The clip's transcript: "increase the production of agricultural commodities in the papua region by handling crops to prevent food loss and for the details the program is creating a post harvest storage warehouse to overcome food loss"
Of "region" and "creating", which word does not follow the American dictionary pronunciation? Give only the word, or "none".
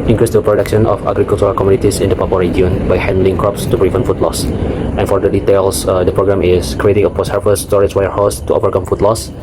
region